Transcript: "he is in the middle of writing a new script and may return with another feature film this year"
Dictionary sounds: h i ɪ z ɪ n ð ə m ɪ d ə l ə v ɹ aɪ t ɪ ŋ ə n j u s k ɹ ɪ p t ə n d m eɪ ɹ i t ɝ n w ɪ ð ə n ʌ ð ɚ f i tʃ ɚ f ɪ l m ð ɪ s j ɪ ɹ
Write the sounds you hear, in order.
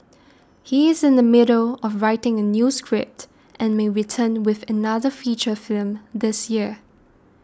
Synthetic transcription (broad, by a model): h i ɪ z ɪ n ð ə m ɪ d ə l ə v ɹ aɪ t ɪ ŋ ə n j u s k ɹ ɪ p t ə n m eɪ ɹ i t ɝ n w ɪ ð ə n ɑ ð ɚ f i tʃ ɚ f ɪ l m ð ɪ s j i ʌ